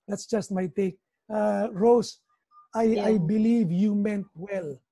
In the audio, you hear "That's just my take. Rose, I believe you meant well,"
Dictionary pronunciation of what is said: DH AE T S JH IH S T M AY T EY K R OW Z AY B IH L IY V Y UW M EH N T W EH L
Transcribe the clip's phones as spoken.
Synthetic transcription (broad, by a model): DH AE T S JH IH S T M AY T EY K R OW S AY B IH L IY V Y UW M EH N T W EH L